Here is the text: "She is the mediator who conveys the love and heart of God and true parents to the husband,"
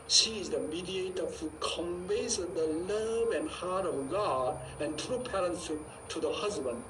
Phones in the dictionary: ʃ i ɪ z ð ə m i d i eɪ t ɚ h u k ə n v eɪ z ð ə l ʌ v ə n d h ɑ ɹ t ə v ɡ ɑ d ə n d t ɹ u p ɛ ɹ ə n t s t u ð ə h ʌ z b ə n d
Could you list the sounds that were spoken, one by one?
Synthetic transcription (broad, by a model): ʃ i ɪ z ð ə m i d i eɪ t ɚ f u k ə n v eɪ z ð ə l ʌ v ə n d h ɑ ɹ t ə v ɡ ɑ d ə n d t ɹ u p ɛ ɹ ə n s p t u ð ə h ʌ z b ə n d